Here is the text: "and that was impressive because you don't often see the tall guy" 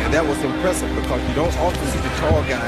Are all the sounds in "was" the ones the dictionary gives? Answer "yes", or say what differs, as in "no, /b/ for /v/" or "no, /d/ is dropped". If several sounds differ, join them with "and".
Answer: yes